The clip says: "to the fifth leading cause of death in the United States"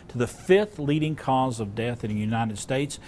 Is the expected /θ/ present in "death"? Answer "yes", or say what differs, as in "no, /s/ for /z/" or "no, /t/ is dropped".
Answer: yes